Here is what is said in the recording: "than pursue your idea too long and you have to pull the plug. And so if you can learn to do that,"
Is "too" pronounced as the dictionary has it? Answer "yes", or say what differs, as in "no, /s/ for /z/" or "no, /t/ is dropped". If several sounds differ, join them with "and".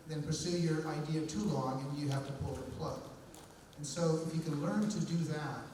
yes